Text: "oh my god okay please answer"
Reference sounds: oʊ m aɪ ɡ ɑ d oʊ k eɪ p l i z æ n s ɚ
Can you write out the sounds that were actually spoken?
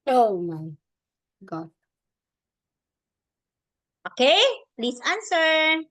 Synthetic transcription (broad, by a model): oʊ m aɪ ɡ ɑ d oʊ k eɪ p l i s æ n s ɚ